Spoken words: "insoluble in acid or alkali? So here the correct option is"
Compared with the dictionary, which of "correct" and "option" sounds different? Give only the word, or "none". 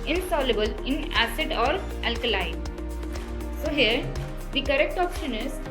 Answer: none